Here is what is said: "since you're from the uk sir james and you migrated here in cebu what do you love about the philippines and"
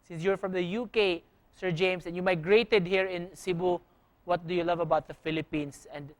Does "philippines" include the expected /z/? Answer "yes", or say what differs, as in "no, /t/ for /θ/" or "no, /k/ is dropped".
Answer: no, /s/ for /z/